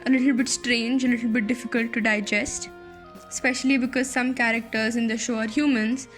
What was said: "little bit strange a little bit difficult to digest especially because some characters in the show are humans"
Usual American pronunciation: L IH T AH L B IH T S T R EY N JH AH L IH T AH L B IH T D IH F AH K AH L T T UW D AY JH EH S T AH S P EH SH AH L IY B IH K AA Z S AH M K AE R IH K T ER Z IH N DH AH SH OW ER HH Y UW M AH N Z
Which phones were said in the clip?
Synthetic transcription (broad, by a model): L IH T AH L B IH T S T R EY N JH AH L IH T AH L B IH T D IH F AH K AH L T T UW D AY JH EH S T S P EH SH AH L IY B IH K AA Z S AH M K AE R IH K T ER Z IH N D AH SH OW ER HH Y UW M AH N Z